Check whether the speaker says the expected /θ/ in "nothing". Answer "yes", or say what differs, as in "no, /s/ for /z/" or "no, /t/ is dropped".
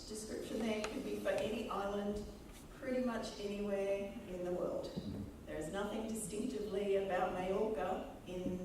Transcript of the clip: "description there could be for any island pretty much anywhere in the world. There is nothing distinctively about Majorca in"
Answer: yes